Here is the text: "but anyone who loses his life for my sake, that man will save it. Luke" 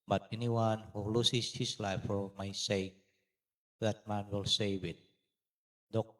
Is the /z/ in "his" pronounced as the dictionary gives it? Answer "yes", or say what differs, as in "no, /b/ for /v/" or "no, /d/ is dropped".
no, /s/ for /z/